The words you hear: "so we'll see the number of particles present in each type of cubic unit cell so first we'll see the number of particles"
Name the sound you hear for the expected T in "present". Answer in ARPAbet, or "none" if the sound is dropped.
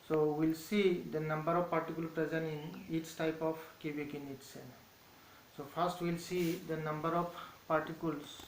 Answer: none